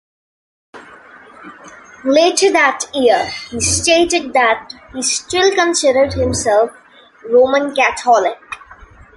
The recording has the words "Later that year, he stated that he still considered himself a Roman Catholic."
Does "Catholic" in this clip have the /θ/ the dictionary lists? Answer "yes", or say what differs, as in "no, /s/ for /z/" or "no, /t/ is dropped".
no, /t/ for /θ/